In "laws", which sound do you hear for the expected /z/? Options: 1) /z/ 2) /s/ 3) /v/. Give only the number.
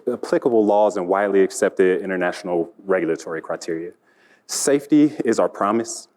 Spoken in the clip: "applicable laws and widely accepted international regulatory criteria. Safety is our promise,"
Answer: 1